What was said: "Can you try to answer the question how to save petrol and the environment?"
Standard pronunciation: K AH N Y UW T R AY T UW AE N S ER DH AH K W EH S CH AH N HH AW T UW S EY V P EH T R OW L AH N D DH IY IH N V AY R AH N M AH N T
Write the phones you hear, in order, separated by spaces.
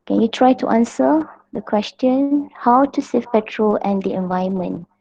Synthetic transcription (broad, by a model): K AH N Y UW T R AY T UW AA N S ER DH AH K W EH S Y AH N HH AW T UW S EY F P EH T R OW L AH N D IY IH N V AY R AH N M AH N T